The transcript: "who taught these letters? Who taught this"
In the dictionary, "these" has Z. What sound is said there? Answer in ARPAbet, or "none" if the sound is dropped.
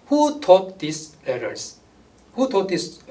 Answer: S